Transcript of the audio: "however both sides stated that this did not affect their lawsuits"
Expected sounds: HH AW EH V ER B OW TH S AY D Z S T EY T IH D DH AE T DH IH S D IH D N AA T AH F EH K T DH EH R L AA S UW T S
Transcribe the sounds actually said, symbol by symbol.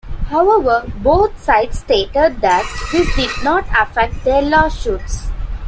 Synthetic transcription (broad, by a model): HH AW EH V ER B OW T S AY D S T EY T IH D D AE T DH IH D IH D N AA T AH F EH K T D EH R L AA SH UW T S